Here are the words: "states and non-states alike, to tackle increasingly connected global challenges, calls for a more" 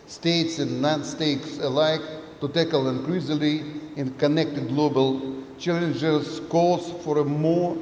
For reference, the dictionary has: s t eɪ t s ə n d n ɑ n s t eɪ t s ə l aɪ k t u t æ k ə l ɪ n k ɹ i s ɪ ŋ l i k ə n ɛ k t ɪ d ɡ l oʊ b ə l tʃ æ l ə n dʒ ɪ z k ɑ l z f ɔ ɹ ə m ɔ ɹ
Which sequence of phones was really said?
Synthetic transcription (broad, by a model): s t eɪ t s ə n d n ɑ n s t eɪ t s ə l aɪ k t u t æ k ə l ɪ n k ɹ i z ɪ l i k ə n ɛ k t ɪ d ɡ l oʊ b ə l tʃ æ l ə n dʒ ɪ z k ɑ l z f ɔ ɹ ə m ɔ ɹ